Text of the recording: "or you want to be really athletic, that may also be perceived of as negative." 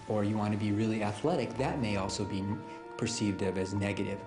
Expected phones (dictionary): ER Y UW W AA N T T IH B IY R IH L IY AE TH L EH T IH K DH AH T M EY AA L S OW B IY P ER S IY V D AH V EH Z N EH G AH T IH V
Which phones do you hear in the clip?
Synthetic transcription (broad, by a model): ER Y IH W AA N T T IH B IY R IH L IY AE TH L EH T IH K DH AH T M EY AA L S OW B IY P ER S IY V D AH V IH Z N EH G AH T IH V